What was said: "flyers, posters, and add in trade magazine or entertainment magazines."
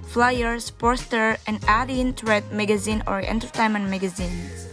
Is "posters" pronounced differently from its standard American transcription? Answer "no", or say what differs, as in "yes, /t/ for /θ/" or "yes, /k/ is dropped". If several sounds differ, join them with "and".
yes, /z/ is dropped